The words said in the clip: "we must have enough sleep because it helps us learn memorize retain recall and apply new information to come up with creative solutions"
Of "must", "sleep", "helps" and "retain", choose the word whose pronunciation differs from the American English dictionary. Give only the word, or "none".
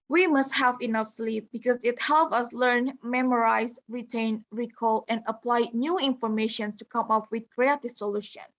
helps